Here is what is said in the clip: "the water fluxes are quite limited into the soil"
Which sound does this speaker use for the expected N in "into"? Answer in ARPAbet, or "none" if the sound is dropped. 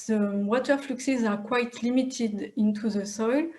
N